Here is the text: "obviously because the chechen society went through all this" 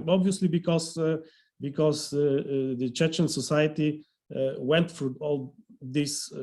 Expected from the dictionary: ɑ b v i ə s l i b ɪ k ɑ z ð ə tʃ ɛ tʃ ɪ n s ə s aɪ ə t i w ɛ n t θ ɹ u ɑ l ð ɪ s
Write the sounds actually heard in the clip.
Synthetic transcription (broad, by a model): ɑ b v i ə s l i b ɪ k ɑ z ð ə tʃ ɛ tʃ ɪ n s ə s aɪ ə t i w ɛ n t f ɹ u ɑ l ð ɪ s